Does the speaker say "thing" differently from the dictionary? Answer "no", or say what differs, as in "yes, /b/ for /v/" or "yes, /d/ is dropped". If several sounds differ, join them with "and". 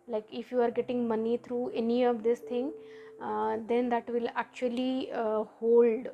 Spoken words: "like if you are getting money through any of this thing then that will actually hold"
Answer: yes, /t/ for /θ/